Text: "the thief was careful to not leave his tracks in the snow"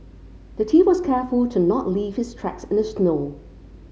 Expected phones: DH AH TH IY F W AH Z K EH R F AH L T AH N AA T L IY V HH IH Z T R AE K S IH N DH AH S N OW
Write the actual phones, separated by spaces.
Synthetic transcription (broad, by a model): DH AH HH IY W AH Z K EH R F AH L T AH N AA T L IY V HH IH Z T R AE K S IH N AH S N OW